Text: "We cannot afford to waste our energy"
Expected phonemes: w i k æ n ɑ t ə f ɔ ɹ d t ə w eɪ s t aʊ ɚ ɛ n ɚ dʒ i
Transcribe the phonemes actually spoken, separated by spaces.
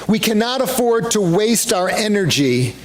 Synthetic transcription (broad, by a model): w i k æ n ɑ t ə f ɔ ɹ d t ə w eɪ s t aʊ ɚ ɛ n ɚ dʒ i